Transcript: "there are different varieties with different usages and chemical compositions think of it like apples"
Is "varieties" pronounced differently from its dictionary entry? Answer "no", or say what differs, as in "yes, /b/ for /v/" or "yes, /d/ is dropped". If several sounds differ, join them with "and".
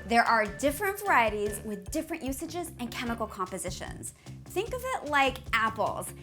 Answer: no